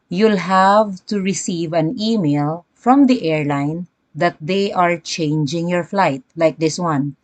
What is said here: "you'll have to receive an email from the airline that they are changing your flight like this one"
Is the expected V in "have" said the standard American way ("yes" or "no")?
yes